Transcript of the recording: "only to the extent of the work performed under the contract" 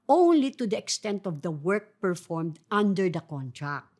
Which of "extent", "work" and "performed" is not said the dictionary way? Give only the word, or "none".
none